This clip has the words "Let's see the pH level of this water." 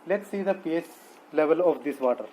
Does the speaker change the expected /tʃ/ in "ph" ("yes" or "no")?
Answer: yes